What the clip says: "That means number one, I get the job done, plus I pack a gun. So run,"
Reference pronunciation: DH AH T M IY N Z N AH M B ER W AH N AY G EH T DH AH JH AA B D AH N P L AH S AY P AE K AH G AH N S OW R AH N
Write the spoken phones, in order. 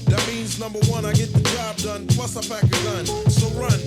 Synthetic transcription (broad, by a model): DH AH T M IY N Z N AH M B ER W AH N AY G EH T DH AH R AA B D AH N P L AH S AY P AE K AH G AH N S OW R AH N